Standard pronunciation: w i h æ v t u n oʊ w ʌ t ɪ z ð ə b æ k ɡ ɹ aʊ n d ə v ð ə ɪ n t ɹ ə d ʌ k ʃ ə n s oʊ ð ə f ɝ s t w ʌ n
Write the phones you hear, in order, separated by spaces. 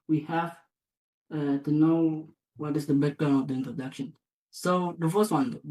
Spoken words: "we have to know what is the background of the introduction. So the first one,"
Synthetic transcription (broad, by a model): w i h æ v t u n oʊ w ʌ t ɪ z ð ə b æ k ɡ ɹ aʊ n ə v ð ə ɪ n t ɹ ə d ʌ k ʃ ə n s oʊ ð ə f ɝ s t w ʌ n